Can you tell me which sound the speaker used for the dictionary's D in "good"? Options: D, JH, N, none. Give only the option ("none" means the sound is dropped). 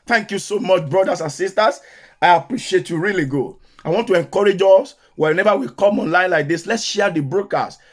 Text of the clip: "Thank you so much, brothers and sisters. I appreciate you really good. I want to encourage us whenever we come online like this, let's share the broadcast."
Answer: none